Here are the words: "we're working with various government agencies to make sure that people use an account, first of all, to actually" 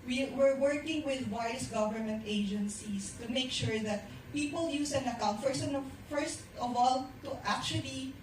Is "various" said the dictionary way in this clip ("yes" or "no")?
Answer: no